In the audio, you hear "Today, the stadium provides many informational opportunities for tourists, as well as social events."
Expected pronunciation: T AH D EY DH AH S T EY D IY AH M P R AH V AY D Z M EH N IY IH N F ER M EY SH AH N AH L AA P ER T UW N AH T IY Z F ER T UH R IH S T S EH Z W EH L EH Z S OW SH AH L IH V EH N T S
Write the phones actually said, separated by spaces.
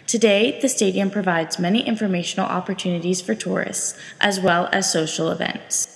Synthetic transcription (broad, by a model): T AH D EY DH AH S T EY D IY AH M P R AH V AY D Z M EH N IY IH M F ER M EY SH N L AA P ER T UW N AH T IY Z F ER T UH R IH S T S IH Z W EH L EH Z S OW SH L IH V EH N T S